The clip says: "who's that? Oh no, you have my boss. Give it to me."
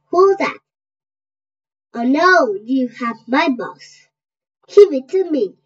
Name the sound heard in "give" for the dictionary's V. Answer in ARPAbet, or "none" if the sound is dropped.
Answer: W